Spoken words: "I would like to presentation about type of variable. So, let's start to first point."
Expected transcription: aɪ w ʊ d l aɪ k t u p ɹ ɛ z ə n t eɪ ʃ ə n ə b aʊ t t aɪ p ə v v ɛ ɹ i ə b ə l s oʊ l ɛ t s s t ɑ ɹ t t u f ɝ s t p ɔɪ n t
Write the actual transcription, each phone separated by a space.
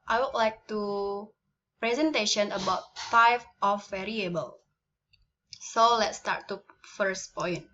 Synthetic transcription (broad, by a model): aɪ w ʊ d l aɪ k t u p ɹ ɛ z ə n t eɪ ʃ ə n ə b aʊ t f aɪ f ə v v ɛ ɹ i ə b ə l s oʊ l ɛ t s s t ɑ ɹ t t u f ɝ s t p ɔɪ n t